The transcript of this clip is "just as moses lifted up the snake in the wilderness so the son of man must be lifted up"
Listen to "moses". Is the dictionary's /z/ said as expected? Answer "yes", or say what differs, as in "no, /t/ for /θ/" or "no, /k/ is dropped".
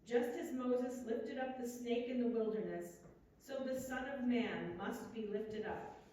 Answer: yes